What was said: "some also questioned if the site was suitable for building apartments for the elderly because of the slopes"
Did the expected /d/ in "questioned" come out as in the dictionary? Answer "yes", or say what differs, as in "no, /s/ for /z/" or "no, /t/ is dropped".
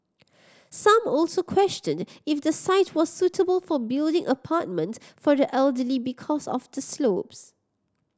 yes